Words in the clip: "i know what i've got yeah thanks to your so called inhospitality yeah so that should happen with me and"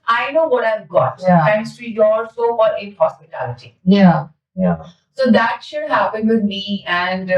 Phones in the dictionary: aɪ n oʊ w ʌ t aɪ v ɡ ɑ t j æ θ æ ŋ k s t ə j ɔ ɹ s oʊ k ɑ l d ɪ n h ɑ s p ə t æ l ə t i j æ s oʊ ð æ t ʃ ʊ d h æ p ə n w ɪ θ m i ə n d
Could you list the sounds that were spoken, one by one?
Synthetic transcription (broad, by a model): aɪ n oʊ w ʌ t aɪ v ɡ ɑ t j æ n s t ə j ɔ l s oʊ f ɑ d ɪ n h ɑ s p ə t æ l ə t i j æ s oʊ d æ t ʃ ʊ d h æ p ə n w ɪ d m i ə n d